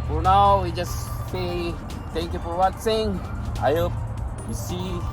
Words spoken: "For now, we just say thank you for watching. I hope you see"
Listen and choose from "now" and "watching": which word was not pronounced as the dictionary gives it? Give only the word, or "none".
watching